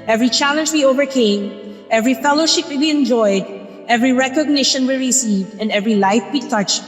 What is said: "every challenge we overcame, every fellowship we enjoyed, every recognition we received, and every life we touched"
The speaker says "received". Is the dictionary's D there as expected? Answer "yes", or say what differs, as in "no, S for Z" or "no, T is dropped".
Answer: yes